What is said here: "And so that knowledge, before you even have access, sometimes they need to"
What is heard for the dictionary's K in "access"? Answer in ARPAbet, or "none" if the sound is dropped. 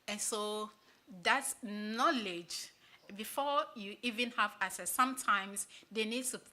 none